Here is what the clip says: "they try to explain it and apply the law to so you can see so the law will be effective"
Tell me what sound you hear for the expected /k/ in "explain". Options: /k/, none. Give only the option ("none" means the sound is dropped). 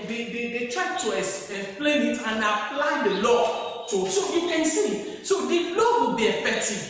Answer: none